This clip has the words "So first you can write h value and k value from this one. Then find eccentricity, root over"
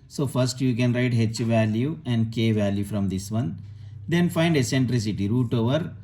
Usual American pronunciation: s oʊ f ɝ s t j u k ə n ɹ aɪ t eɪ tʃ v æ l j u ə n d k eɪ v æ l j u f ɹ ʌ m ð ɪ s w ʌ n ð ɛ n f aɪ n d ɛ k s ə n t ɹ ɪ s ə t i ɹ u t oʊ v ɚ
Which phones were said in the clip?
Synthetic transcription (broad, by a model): s oʊ f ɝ s t j u k ə n ɹ aɪ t eɪ tʃ v æ l j u ə n d k eɪ v æ l j u f ɹ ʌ m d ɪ s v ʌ n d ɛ n f aɪ n d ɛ s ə n t ɹ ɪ s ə t i ɹ u t oʊ v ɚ